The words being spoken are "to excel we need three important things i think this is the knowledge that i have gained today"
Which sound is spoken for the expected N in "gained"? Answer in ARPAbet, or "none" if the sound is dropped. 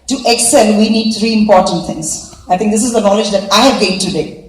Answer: none